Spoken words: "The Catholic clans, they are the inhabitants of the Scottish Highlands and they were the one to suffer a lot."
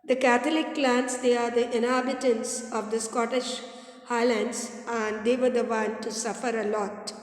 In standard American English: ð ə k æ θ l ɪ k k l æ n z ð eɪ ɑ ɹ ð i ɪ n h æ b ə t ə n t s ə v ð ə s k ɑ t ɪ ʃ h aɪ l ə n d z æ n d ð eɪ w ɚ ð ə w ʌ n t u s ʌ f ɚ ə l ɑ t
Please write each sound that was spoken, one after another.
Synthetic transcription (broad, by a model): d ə k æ t l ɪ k k l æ n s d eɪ ɑ ɹ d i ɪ n h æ b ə t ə n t s ə v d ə s k ɑ t ɪ ʃ h aɪ l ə n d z æ n d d eɪ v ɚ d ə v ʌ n t u s ʌ f ɚ ə l ɑ t